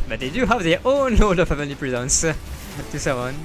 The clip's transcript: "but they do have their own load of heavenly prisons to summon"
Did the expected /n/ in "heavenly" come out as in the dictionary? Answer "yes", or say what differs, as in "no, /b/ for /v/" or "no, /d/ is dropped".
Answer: no, /n/ is dropped